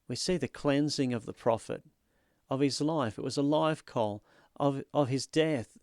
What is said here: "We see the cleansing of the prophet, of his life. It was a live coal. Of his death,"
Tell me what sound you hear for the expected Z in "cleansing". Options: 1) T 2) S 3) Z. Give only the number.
3